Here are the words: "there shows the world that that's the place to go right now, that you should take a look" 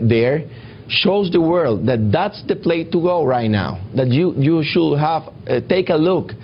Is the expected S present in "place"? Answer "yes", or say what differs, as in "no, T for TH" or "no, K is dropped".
no, S is dropped